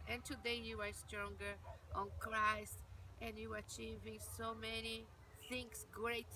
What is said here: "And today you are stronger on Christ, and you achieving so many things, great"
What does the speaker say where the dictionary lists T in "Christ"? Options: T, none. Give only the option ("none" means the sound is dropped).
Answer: T